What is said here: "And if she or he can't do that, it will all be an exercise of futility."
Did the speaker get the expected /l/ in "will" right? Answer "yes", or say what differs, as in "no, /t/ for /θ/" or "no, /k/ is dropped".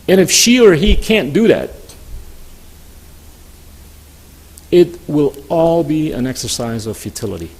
yes